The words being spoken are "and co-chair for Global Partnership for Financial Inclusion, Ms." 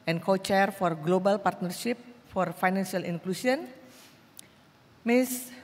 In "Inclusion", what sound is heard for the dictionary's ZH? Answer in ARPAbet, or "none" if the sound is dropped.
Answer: S